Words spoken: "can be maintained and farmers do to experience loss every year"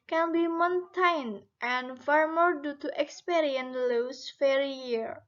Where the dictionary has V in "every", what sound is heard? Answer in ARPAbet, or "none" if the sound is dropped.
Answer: none